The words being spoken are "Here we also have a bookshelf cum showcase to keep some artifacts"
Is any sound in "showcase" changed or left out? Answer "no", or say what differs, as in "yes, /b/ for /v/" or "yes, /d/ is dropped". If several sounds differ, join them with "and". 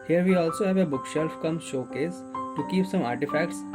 no